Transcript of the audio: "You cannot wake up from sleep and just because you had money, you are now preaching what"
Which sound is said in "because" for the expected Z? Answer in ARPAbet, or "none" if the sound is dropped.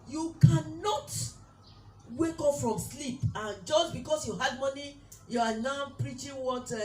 S